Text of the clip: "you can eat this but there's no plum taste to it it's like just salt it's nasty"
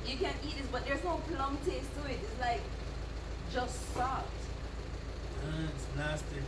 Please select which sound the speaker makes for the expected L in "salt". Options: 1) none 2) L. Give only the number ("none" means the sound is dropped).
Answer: 1